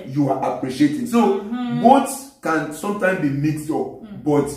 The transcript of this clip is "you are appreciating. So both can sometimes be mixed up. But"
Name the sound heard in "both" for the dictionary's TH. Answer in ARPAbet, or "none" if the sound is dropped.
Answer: S